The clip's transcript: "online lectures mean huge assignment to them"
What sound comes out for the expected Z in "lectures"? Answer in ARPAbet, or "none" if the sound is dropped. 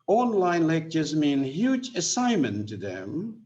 Z